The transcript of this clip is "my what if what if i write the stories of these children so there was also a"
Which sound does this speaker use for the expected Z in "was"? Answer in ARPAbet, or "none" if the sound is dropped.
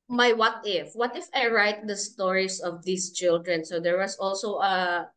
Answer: S